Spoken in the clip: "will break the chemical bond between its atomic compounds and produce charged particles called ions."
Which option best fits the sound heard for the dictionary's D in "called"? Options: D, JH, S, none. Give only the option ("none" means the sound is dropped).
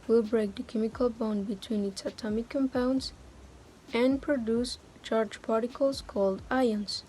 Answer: D